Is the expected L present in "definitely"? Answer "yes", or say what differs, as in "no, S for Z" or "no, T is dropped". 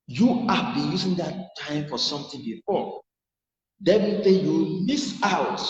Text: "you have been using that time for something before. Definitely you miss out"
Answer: no, L is dropped